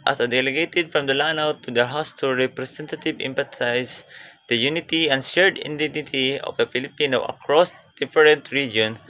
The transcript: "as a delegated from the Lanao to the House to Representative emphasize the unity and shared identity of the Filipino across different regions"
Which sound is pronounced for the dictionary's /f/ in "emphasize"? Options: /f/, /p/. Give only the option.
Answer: /p/